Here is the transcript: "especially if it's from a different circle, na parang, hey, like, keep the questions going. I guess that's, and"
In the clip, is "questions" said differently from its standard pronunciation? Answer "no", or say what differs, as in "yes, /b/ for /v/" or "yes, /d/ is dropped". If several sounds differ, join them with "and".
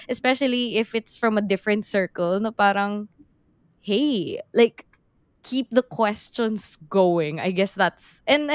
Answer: yes, /s/ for /z/